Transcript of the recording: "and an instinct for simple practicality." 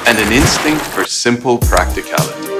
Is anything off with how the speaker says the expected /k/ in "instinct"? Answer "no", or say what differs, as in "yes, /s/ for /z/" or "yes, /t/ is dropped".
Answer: no